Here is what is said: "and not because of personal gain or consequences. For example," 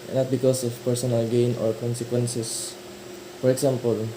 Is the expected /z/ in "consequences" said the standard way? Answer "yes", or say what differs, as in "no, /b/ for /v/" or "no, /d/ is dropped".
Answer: no, /s/ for /z/